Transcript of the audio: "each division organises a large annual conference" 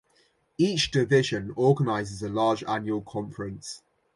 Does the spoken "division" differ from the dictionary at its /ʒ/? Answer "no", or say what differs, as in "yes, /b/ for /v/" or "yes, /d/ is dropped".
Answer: no